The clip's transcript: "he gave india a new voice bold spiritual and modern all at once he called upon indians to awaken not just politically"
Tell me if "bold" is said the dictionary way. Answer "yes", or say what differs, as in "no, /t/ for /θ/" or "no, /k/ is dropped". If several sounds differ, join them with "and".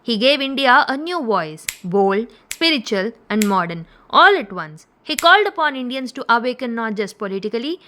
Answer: yes